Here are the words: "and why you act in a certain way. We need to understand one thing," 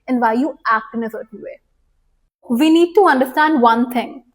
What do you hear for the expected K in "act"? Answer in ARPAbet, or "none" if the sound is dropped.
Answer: K